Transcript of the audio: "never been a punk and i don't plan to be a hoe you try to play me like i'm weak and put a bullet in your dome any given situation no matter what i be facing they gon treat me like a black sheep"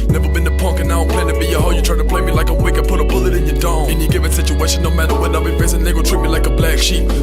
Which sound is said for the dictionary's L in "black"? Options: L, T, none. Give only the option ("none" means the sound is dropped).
L